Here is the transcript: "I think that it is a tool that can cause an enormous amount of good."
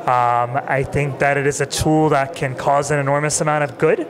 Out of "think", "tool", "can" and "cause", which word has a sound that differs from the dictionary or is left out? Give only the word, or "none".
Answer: none